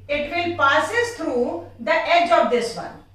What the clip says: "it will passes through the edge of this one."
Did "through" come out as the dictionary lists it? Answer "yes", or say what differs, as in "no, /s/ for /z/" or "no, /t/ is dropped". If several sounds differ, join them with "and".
no, /t/ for /θ/